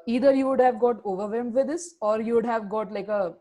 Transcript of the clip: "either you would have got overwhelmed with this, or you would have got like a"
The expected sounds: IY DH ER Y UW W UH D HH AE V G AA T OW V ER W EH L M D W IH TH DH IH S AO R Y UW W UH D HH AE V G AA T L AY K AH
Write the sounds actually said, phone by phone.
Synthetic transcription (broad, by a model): IY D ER Y UW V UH D HH AE V G AA T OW V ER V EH M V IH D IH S AO R Y UW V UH D HH AE V G AA T L AY K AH